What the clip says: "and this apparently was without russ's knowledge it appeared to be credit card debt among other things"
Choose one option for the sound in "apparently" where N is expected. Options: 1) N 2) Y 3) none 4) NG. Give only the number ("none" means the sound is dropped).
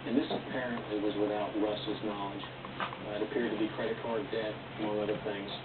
1